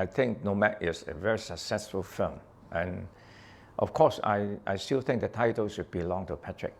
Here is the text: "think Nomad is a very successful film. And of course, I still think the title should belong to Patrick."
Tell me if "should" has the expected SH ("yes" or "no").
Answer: no